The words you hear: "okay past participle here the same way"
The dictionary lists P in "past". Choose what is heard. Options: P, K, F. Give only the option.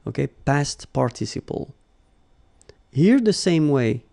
P